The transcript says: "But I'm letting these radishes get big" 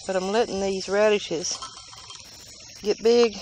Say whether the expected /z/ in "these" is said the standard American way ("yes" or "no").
yes